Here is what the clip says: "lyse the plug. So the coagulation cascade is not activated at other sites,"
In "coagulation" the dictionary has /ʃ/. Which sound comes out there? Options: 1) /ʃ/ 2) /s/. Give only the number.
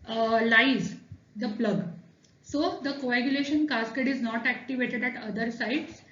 1